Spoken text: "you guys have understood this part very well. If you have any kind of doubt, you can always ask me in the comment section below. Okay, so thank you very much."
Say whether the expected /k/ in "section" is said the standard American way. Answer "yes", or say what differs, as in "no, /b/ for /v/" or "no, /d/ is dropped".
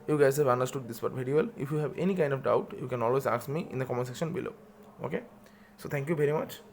yes